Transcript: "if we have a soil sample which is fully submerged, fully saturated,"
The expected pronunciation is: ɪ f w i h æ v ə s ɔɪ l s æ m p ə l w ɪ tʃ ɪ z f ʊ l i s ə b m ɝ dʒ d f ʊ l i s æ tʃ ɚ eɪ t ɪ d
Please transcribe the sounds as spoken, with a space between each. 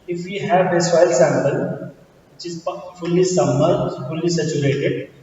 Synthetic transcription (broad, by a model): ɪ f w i h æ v ə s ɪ l s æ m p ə l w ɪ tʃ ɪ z f ʊ l i s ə m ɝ d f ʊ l i s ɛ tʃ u eɪ t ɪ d